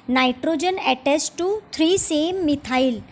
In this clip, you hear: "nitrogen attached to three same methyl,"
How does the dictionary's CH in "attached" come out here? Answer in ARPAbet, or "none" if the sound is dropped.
S